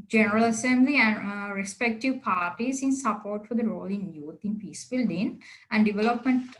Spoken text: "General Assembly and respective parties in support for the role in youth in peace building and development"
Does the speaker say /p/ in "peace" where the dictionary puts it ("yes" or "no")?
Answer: yes